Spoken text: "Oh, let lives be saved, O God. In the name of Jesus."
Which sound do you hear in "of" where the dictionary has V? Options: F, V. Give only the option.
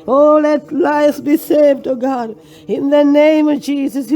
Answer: V